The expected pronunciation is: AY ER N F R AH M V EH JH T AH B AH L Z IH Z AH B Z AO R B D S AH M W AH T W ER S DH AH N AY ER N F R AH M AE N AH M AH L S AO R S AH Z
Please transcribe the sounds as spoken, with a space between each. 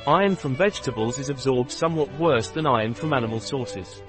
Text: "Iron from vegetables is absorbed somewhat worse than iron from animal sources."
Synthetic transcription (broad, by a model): AY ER N F R AH M V EH JH T AH B AH L Z IH Z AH B Z AO B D S AH M W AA T W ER S DH AH N AY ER N F R AH M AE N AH M AH L S AO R S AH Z